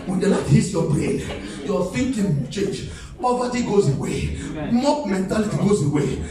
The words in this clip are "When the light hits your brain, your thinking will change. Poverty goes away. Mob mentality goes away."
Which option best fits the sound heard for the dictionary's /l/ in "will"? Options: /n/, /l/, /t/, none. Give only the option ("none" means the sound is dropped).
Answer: /n/